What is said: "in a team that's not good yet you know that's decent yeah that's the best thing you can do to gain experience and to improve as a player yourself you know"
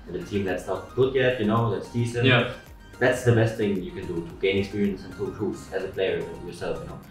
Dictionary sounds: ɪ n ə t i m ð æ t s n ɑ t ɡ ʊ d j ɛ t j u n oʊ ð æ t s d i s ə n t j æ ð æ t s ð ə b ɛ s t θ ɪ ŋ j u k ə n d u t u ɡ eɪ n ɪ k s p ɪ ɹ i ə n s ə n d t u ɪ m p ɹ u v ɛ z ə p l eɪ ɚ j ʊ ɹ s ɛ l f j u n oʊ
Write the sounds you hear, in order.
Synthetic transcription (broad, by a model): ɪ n ə t i m ð æ t s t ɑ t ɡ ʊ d j ɛ t j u n oʊ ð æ t s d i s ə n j ð æ t s ð ə b ɛ s t θ ɪ ŋ j u k ə n d u t u ɡ eɪ n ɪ k s p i ɹ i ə n s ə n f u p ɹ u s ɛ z ə p l eɪ ɚ j ʊ ɹ s ɛ l f j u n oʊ